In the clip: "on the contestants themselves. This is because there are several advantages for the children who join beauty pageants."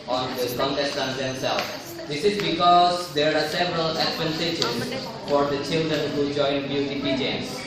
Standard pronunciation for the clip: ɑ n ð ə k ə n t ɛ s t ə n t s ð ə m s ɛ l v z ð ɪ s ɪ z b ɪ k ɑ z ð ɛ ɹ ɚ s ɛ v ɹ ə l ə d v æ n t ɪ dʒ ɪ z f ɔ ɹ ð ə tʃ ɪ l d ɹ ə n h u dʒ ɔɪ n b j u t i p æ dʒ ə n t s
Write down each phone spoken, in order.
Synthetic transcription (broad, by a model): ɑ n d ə k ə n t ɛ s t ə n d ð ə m s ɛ l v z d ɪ s ɪ z b ɪ k ɑ z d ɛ ɹ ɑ s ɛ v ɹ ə l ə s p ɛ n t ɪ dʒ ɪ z f ɔ ɹ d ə tʃ ɪ l d ɹ ə n h u dʒ ɔɪ n b j u t i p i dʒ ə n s